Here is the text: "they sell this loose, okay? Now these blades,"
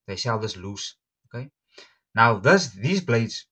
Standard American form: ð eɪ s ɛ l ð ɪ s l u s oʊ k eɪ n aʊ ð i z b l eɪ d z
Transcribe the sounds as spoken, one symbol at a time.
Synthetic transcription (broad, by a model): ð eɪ ʃ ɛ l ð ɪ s l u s oʊ k eɪ n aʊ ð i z b l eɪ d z